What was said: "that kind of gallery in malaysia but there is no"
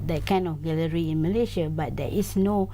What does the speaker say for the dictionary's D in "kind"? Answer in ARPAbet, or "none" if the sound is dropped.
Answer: none